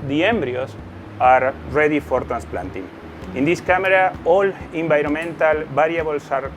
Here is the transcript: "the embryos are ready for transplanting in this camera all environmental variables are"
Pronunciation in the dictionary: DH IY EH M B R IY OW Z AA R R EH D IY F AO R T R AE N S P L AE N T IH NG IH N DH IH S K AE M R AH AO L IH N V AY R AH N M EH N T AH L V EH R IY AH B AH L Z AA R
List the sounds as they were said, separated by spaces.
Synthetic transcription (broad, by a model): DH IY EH M B R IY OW S AA R R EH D IY F AO R T R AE N S P L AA N T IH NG IH N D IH S K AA M R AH AO L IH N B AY R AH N M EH N T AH L B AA R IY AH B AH L S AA R